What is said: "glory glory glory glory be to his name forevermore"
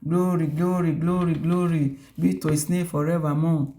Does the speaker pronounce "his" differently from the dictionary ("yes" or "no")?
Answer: yes